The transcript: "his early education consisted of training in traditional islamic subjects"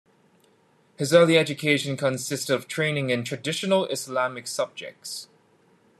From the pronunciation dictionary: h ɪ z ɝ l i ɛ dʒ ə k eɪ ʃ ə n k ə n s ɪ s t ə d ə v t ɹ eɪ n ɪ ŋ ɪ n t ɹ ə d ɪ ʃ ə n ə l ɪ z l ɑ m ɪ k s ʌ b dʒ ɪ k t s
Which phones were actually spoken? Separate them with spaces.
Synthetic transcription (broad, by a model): h ɪ z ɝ l i ɛ dʒ ə k eɪ ʃ ə n k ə n s ɪ s t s ə v t ɹ eɪ n ɪ ŋ ɪ n t ɹ ə d ɪ ʃ ə n ə l ɪ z l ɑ m ɪ k s ʌ b dʒ ɪ k t s